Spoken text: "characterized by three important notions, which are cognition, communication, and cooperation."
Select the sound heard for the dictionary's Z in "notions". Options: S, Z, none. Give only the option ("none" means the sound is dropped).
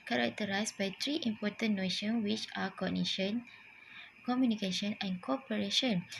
none